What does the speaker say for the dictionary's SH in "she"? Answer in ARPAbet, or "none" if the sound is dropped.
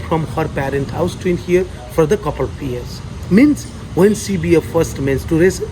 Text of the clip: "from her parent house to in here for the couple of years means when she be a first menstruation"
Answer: S